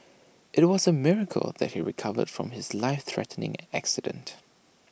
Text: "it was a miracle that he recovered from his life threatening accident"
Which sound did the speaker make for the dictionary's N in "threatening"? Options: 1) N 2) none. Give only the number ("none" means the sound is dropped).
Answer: 1